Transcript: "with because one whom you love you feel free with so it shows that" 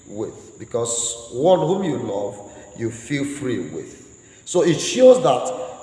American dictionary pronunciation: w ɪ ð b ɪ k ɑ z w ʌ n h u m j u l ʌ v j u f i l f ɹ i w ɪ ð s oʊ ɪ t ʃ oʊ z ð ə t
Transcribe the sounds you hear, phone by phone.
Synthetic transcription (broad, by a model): w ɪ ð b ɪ k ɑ s w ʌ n h u m j u l ʌ v j u f i l f ɹ i w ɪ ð s oʊ ɪ t ʃ oʊ z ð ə t